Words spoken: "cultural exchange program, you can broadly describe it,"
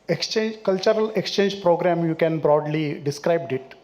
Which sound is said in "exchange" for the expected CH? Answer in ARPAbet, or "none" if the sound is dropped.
CH